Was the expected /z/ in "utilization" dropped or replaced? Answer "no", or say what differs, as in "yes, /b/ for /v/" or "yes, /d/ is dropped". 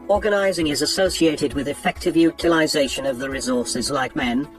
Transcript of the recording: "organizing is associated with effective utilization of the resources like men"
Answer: no